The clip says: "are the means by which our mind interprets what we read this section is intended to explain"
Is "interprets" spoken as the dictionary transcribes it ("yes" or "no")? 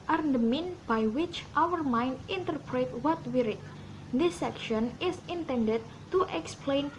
no